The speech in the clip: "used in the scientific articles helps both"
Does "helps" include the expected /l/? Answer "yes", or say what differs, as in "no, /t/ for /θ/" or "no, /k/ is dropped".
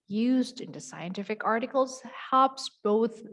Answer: no, /l/ is dropped